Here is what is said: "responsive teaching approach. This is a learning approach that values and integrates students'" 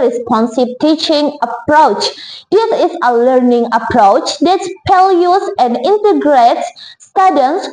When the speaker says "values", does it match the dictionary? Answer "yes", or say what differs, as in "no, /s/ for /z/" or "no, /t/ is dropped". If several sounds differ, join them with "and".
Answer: no, /p/ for /v/ and /s/ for /z/